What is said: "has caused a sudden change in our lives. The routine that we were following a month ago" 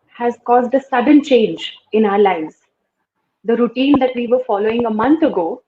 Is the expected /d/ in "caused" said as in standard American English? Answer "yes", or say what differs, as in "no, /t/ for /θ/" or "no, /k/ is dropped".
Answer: yes